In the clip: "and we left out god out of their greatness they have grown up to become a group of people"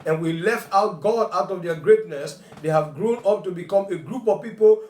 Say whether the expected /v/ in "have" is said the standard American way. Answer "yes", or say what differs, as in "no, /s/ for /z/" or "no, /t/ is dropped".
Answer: yes